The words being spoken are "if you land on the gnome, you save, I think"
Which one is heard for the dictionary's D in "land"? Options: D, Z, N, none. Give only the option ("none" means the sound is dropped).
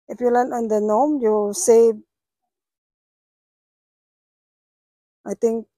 none